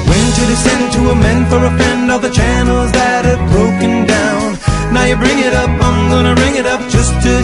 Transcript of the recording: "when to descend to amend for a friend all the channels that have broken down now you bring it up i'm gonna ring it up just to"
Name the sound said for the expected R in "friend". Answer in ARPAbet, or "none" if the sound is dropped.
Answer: none